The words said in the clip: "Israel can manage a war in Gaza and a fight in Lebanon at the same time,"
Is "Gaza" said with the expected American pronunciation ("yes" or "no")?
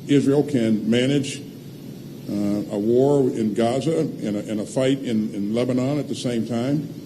yes